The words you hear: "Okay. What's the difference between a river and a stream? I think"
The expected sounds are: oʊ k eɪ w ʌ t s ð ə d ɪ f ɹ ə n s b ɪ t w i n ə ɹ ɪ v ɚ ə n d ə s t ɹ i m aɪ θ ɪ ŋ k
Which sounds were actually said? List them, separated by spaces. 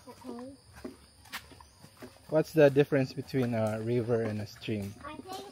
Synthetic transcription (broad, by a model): w ʌ t s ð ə d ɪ f ɹ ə n s b ɪ t w i n ə ɹ ɪ v ɚ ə n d ə s t ɹ i m